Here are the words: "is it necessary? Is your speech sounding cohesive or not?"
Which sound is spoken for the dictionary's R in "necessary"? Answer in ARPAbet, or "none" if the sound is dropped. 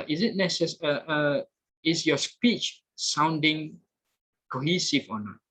none